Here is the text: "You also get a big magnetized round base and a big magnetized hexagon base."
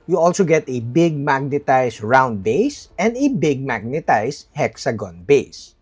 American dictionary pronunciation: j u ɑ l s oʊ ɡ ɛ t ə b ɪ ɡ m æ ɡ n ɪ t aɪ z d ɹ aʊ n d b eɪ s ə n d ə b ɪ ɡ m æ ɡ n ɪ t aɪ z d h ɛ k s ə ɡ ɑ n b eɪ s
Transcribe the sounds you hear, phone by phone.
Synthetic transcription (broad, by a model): j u ɑ l s oʊ ɡ ɛ t ə b ɪ ɡ m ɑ ɡ n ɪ t aɪ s ɹ aʊ n d b eɪ s ə n d ə b ɪ ɡ m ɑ ɡ n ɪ t aɪ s h ɛ k s ə ɡ ɑ n b eɪ s